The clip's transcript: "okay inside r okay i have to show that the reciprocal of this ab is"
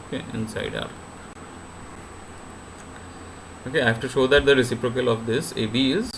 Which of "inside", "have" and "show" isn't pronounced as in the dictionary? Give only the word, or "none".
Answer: have